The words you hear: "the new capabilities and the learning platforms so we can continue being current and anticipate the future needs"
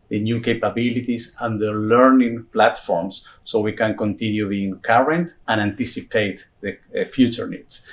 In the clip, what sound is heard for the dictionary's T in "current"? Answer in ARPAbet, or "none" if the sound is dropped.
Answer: T